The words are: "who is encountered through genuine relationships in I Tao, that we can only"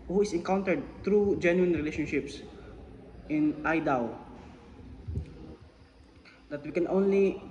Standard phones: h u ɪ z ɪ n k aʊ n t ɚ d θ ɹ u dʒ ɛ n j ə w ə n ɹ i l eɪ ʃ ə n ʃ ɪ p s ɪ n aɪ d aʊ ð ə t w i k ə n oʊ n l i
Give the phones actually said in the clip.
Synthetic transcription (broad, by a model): h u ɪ s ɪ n k aʊ n t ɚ d t ɹ u dʒ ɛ n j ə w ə n ɹ i l eɪ ʃ ə n ʃ ɪ p s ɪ n aɪ d aʊ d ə t w i k ə n oʊ n l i